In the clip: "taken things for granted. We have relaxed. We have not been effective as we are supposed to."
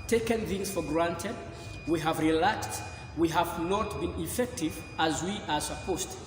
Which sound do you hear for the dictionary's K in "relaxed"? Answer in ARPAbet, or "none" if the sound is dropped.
K